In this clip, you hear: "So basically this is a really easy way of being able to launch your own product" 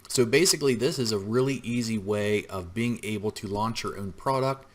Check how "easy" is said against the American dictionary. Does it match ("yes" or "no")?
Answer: yes